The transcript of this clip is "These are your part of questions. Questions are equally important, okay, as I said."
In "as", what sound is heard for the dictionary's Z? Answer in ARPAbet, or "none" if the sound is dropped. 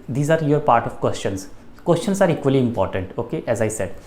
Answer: Z